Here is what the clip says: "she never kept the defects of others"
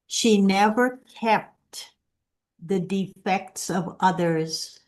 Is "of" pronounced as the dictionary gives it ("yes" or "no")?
yes